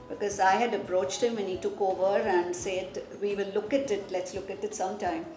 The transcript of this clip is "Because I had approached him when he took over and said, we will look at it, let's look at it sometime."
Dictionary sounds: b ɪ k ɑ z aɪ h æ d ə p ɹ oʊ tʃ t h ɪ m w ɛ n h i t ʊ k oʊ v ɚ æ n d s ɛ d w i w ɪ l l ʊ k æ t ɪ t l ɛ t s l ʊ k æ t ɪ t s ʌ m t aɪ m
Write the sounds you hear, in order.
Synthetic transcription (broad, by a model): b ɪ k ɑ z aɪ h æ d ə p ɹ oʊ tʃ t h ɪ m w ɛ n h i t ʊ k oʊ v ɚ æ n d s ɛ d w i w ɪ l l ʊ k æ t ɪ t l ɛ t s l ʊ k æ t ɪ t s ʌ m t aɪ m